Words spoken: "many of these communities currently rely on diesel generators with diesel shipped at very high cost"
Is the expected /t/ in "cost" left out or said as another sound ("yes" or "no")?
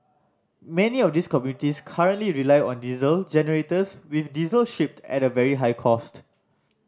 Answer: no